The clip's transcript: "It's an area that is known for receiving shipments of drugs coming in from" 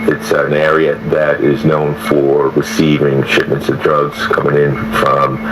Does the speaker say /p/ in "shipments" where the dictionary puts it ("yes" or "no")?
yes